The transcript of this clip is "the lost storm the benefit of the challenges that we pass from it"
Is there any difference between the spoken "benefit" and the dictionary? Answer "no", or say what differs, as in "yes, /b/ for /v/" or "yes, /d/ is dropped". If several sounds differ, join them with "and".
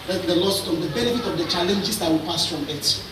no